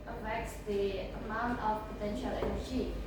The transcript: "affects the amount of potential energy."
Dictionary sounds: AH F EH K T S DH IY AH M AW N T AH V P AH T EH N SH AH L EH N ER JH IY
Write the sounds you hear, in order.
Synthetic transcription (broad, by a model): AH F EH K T S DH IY AH M AW N T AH F P AH T EH N SH AH L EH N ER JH IY